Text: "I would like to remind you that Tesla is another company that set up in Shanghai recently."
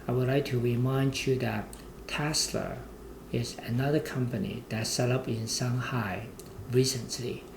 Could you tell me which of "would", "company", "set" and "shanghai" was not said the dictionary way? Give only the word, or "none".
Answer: shanghai